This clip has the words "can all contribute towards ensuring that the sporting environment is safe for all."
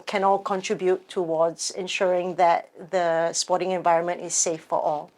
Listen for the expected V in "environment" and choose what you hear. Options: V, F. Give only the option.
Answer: V